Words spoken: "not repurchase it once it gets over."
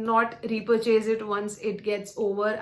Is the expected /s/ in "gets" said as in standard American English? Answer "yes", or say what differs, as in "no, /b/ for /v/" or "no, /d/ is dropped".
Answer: yes